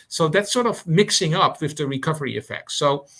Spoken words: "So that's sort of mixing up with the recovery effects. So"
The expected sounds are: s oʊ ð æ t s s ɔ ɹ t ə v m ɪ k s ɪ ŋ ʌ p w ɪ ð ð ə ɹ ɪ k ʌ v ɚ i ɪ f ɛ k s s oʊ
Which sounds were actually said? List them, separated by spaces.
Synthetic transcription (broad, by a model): s oʊ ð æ t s s ɔ ɹ t ə v m ɪ k s ɪ ŋ ʌ p w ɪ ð ð ə ɹ ɪ k ʌ v ɚ i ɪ f ɛ k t s oʊ